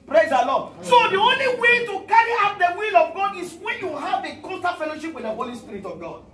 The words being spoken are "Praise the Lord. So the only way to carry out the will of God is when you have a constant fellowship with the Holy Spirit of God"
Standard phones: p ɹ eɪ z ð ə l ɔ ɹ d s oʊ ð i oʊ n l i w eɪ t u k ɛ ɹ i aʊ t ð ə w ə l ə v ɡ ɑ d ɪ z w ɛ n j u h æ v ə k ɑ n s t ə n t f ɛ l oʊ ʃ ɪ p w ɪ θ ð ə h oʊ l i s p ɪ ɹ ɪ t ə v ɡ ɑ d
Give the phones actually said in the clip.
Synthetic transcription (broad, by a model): p ɹ eɪ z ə l ɔ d s oʊ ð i oʊ n l i w eɪ t u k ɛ ɹ i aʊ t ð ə w ə l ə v ɡ ɑ d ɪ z w ɛ n j u h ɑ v ə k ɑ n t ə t f ɛ l oʊ ʃ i p w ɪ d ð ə h oʊ l i s p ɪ ɹ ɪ t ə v ɡ ɑ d